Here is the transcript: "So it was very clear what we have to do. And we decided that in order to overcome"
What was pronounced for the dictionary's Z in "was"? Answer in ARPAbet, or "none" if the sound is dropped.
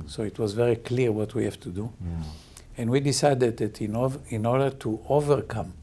Z